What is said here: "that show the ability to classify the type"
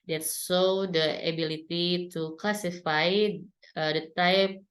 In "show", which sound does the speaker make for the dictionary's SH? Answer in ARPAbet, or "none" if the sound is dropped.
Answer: S